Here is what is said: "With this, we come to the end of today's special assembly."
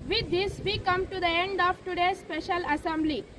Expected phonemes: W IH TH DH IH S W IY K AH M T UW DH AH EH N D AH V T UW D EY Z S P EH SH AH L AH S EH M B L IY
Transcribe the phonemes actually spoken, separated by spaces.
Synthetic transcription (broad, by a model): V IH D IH S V IY K AH M T UW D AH EH N D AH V T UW D EY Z S P EH SH AH L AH S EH M B L IY